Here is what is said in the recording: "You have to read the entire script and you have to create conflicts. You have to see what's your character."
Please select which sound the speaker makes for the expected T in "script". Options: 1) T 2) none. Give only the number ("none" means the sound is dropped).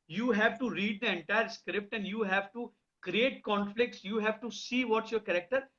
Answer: 1